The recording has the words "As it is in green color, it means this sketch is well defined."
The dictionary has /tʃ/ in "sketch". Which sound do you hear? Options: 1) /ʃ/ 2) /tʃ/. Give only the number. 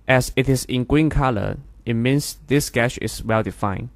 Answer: 1